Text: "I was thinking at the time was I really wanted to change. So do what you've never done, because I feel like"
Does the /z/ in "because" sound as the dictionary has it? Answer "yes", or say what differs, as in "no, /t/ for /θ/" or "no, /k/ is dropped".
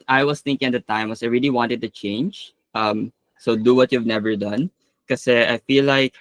no, /z/ is dropped